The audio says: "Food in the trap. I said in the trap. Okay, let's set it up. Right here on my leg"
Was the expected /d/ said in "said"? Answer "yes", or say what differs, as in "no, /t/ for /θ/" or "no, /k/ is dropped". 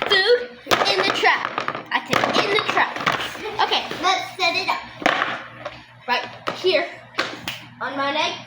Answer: no, /d/ is dropped